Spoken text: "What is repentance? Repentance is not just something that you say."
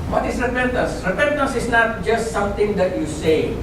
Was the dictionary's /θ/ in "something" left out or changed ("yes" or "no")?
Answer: yes